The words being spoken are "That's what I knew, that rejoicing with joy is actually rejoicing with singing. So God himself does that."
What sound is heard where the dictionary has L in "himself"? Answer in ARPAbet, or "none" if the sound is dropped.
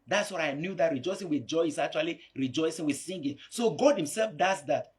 L